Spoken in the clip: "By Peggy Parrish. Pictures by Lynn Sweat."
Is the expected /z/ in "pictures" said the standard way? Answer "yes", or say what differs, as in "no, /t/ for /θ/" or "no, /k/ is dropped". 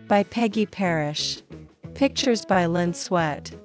yes